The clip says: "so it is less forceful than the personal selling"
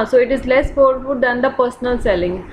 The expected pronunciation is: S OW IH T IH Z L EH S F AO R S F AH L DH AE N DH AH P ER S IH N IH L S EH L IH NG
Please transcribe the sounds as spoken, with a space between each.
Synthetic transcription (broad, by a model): S OW IH T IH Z L EH S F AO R F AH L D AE N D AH P ER S IH N IH L S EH L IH NG